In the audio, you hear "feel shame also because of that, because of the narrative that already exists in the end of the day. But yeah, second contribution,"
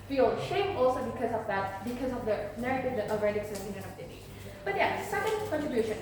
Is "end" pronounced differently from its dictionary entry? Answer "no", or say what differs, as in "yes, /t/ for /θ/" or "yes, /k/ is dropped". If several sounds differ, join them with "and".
yes, /d/ is dropped